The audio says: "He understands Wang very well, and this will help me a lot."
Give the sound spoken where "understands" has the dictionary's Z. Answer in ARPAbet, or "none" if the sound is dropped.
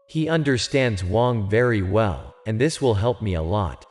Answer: Z